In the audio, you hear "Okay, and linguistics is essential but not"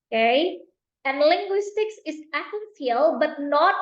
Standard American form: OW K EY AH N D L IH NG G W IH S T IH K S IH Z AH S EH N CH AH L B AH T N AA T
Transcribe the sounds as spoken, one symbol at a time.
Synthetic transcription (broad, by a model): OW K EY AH N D L IH NG G W IH S T IH K S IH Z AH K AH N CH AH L B AH T N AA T